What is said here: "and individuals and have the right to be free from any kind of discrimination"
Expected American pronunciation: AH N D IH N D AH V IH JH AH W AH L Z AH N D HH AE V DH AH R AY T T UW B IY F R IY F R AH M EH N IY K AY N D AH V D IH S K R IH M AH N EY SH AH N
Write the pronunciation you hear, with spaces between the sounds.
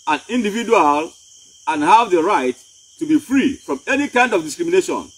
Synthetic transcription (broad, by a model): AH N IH N D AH V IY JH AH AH L AH N HH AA V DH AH R AY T T UW B IY F R IY F R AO M EH N IY K AY N D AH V D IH S K R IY M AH N EY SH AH N